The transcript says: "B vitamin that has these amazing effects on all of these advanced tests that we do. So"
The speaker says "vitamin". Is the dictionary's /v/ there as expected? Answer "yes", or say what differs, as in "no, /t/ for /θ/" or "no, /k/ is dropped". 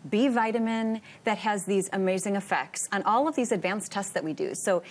yes